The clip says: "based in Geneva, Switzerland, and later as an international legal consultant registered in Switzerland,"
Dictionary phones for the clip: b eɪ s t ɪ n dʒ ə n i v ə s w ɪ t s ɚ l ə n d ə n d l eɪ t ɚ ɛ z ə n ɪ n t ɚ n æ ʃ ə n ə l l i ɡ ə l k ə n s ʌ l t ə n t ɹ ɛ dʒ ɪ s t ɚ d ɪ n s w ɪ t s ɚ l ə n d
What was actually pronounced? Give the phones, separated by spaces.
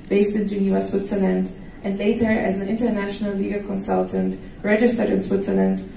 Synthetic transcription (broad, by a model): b eɪ s t ɪ n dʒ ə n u ə s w ɪ t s ɚ l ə n d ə n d l eɪ t ɚ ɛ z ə n ɪ n t ɚ n æ ʃ ə n ə l l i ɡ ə k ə n s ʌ l t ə n t ɹ ɛ dʒ ɪ s t ɚ d ɪ n s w ɪ t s ɚ l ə n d